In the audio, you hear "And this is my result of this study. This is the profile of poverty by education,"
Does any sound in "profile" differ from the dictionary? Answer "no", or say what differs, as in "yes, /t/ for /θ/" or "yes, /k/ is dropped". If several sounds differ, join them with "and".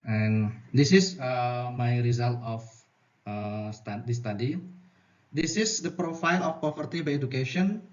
no